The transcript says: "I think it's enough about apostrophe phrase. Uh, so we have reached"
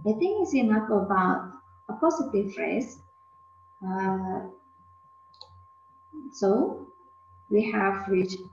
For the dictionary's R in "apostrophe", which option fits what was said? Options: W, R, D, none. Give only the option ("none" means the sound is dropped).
none